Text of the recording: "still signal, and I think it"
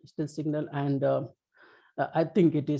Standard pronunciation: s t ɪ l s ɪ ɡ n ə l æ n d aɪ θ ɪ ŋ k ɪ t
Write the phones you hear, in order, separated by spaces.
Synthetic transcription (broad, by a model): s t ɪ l s ɪ ɡ n ə l æ n d aɪ t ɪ ŋ k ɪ t